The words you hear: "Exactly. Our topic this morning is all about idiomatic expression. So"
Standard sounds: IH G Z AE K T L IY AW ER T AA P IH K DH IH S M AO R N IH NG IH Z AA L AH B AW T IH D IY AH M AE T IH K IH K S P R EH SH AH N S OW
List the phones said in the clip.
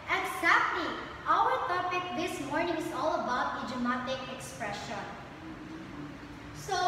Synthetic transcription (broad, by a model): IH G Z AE K T L IY AW ER T AA P IH K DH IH S M AO R N IH NG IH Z AA L AH B AW T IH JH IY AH M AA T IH K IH K S P R EH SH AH N S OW